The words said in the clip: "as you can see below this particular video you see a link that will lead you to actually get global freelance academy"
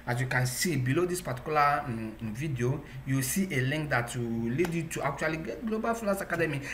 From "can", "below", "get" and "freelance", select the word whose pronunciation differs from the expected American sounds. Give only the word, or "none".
freelance